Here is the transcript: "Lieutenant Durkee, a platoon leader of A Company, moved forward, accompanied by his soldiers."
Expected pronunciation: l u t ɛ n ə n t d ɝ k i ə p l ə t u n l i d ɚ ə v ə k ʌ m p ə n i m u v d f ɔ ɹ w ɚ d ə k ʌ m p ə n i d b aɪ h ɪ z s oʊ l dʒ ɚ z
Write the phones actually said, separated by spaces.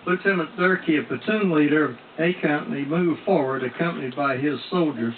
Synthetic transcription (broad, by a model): l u t ɛ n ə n d ɝ k i ə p ə t u n l i d ɚ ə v ə k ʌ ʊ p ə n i m u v f ɔ ɹ w ɚ d ə k ʌ m p ə n i d b aɪ ɪ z s oʊ l dʒ ɚ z